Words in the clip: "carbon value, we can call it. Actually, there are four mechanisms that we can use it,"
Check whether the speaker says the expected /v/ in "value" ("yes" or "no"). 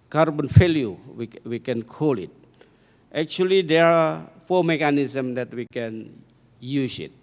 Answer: no